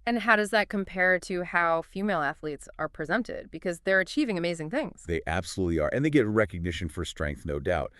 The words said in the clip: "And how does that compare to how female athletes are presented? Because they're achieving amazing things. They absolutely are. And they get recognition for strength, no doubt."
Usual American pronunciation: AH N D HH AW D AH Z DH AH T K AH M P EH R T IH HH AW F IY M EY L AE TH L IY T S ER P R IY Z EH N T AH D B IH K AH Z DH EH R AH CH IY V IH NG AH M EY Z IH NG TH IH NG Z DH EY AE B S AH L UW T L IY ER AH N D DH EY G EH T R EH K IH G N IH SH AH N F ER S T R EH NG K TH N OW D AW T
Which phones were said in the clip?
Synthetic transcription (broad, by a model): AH N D HH AW D AH Z DH AH T K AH M P EH R T IH HH AW F IY M EY L AE TH L IY T S ER P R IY Z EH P T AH D B IH K AH Z DH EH R AH CH IY V IH NG AH M EY Z IH NG TH IH NG Z DH EY AE B S AH L UW T L IY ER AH N DH EY G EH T R EH K IH G N IH SH AH N F ER S T R EH NG K TH N OW D AW T